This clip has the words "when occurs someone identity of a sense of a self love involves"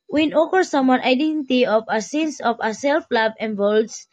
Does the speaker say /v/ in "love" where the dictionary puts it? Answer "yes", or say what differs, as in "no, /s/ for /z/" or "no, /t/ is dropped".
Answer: no, /b/ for /v/